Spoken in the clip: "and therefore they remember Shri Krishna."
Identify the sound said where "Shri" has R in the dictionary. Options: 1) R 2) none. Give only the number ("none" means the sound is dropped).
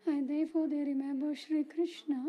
1